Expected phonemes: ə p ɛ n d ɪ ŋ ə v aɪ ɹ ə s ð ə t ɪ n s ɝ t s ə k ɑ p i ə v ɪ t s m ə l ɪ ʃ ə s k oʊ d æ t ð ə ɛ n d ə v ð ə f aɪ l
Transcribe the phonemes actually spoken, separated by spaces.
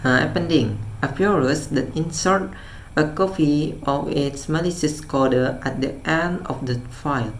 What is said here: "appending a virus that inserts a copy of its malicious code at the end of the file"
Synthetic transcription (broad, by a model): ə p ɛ n d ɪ ŋ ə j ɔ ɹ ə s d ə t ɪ n s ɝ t ə k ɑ f i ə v ɪ t s m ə l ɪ s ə s k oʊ d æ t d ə ɛ n d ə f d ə f aɪ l